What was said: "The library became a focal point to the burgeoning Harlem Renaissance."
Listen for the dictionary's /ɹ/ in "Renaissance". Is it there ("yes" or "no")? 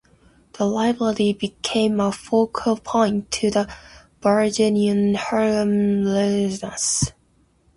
no